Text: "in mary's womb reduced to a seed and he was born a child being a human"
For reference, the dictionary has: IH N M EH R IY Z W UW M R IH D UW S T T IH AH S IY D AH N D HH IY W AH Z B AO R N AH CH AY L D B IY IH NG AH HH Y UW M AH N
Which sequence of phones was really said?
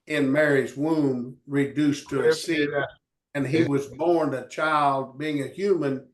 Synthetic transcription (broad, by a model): IH N M EH R IY Z W UW M R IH D UW S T T IH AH S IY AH N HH IY W AH Z B AO R N AH CH AY L D B IY IH NG AH HH Y UW M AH N